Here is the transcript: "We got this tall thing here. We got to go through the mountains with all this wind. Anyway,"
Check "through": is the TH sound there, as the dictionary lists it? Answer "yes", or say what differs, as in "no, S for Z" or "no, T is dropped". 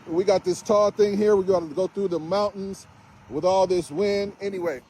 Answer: yes